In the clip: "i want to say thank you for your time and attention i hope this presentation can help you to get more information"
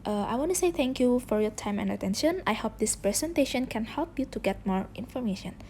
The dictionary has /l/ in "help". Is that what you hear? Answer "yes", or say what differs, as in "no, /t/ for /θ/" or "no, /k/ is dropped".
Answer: yes